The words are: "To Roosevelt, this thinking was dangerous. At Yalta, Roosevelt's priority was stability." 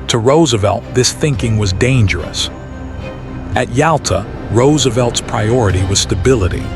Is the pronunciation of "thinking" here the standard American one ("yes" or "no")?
yes